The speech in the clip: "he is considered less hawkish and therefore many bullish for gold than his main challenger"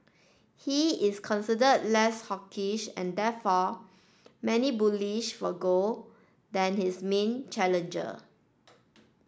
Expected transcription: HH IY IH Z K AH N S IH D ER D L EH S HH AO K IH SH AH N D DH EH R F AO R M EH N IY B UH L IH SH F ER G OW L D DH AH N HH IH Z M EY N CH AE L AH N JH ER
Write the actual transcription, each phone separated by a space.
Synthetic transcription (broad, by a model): HH IY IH S K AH N S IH D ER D L EH S HH AO K IH SH AH N D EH F AO M EH N IY B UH L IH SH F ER G OW D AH N HH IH S M EY N CH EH L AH N JH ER